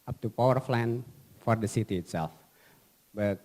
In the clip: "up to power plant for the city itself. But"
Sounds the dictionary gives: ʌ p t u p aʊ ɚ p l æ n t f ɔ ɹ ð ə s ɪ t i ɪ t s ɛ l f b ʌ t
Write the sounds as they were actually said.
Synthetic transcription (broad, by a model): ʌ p t u p aʊ ɚ f l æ n f ɔ ɹ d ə s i t i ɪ t s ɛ l f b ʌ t